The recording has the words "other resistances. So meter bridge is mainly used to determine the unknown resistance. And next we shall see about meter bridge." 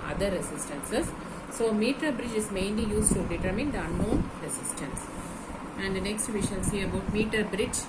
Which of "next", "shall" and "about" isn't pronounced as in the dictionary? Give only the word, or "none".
shall